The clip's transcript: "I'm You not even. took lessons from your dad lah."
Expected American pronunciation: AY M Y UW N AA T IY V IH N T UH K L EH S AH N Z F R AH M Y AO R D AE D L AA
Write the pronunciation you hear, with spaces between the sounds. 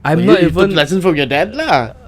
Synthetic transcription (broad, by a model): AY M N AA T IY V IH N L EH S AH N F R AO M Y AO D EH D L AA